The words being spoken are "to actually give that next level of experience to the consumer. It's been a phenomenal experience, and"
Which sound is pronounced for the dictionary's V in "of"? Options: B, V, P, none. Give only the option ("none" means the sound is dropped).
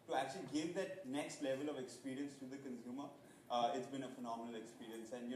V